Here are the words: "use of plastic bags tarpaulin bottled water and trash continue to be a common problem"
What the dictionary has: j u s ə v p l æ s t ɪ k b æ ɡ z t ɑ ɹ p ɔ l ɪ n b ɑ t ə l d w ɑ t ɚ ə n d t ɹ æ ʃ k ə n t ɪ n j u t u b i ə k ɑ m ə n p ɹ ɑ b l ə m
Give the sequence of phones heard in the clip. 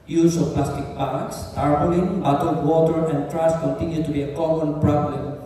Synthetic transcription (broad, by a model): j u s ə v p l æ s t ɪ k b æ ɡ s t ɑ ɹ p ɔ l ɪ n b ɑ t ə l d w ɑ t ɚ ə n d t ɹ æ s k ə n t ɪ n j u t u b i ə k ɑ m ə n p ɹ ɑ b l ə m